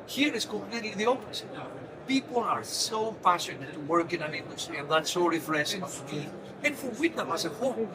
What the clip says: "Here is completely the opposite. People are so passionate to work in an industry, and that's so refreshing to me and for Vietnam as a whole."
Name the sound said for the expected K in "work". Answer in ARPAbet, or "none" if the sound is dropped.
K